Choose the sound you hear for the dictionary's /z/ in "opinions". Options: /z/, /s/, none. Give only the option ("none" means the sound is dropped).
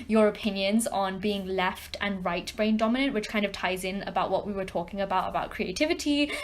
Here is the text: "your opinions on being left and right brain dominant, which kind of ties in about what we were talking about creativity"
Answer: /z/